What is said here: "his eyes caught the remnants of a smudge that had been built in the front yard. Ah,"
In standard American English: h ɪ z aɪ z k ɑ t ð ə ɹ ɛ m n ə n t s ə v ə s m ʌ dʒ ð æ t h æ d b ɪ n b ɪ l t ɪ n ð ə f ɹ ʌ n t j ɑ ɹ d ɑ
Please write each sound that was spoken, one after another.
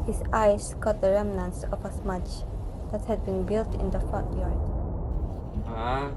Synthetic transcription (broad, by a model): h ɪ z aɪ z k ɑ t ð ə ɹ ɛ m n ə n s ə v ə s m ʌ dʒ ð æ t h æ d b ɪ n b ɪ l t ɪ n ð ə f ɔ t j ɑ ɹ d